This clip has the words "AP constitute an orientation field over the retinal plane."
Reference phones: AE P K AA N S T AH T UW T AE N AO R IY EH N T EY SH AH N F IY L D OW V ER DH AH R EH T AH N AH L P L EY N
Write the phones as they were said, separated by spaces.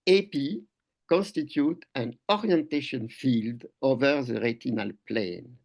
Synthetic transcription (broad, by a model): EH P K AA N S T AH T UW T AE N AO R IY EH N T EY SH AH N F IY L D OW V ER DH AH R EH T AH N AH L P L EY N